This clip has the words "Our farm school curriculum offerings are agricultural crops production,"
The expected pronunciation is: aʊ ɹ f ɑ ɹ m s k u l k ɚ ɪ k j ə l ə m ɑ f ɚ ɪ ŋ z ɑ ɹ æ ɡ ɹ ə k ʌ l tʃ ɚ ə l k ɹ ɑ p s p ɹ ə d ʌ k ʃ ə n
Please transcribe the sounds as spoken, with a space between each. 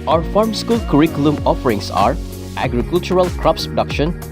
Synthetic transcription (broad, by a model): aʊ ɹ f ɑ ɹ m s k u l k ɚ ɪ k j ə l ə m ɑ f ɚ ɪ ŋ s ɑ ɹ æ ɡ ɹ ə k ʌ l tʃ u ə l k ɹ ɑ p s p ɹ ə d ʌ k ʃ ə n